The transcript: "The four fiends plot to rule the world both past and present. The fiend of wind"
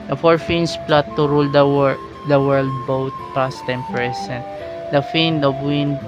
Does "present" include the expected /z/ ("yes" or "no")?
no